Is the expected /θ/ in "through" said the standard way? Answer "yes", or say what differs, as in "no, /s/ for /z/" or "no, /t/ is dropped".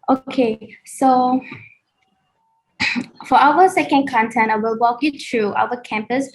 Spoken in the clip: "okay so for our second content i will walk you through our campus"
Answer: no, /t/ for /θ/